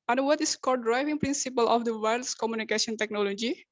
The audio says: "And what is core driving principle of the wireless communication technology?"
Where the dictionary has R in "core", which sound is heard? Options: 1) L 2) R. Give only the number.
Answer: 1